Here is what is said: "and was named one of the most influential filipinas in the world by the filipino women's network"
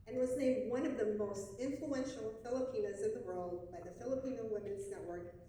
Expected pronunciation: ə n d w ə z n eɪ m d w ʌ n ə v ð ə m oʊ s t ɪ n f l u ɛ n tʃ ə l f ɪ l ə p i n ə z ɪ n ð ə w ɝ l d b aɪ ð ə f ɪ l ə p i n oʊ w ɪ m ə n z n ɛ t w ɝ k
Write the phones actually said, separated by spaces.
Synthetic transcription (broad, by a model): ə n w ə z n eɪ m d w ʌ n ə v ð ə m oʊ s t ɪ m f l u ɛ n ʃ l f ɪ l ə p i n ə z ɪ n ð ə w ɝ l d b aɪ ð ə f ɪ l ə p i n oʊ w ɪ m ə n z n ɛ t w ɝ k